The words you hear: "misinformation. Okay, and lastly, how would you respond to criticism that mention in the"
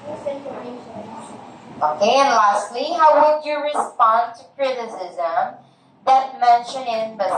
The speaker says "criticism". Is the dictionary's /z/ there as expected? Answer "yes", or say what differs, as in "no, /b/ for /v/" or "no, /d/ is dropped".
yes